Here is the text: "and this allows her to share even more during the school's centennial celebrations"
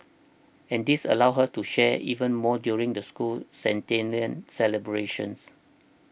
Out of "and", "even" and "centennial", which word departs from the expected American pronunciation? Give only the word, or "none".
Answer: centennial